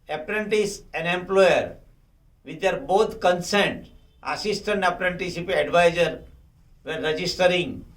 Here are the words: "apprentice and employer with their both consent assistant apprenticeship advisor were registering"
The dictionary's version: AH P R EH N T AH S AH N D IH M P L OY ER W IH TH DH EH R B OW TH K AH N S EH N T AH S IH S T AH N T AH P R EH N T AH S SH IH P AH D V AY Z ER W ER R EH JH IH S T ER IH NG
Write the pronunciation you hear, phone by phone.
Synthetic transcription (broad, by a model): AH P R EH N T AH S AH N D IH M P L OY ER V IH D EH R B OW T K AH N S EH N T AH S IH S T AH N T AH P R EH N T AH S IY P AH D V AY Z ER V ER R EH JH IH S T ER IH NG